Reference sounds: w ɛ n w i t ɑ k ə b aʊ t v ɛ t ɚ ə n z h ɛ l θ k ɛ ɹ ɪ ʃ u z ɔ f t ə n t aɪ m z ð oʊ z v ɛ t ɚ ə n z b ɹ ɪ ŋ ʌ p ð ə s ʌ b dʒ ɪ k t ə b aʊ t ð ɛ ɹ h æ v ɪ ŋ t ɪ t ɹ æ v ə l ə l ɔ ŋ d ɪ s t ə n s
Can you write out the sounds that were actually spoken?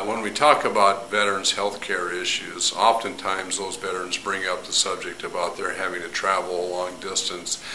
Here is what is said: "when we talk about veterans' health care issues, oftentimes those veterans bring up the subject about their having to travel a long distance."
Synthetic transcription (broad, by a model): w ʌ n w i t ɑ k ə b aʊ t v ɛ t ɚ ə n z h ɛ l θ k ɛ ɹ ɪ ʃ u z ɔ f t ə n t aɪ m z ð oʊ z v ɛ t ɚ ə n z b ɹ ɪ ŋ ʌ p ð ə s ʌ b dʒ ɪ k t ə b aʊ t ð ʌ ɹ h æ v ɪ ŋ t ɪ t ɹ æ v l ə l ɔ ŋ d ɪ s t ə n s